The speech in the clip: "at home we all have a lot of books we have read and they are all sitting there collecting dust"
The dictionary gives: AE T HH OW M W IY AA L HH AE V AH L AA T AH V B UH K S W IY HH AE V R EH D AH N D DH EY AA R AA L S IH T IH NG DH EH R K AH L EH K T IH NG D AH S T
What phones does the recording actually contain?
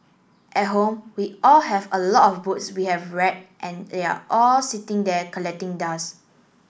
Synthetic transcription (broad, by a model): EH T HH OW M W IY AA L HH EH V AH L AA T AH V B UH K S W IY HH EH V R EH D AH N D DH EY AA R AA L S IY T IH NG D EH K AH L EH K T IH NG D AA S